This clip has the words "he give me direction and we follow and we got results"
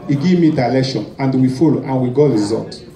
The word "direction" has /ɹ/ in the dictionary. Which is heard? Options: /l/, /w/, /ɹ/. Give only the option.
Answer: /l/